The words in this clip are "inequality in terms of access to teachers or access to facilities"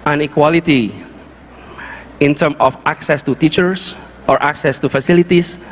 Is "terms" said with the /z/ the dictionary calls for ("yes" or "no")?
no